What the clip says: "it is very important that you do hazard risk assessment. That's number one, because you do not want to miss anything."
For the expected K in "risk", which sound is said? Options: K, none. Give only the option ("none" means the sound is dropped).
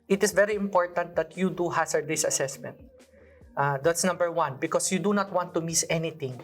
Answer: none